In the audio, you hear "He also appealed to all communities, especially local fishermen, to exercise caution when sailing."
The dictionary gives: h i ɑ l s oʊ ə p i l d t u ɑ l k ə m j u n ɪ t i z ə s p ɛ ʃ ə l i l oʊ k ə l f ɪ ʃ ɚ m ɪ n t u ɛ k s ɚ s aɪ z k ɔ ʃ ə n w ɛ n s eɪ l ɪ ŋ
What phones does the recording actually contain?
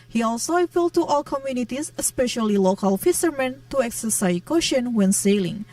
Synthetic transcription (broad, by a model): h i ɑ l s oʊ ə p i l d t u ɑ l k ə m j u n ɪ t i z ə s p ɛ ʃ ə l i l oʊ k ə l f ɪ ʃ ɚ m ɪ n t u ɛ k s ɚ s aɪ k ɔ ʃ ə n w ɛ n s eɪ l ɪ ŋ